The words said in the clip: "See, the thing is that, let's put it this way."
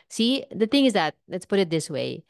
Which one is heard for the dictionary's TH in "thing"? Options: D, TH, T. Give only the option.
TH